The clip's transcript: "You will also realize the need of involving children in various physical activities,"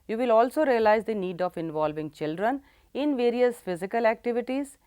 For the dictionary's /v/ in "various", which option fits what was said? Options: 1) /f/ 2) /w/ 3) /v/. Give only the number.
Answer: 3